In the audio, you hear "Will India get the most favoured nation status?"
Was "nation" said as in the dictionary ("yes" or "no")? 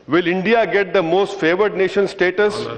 yes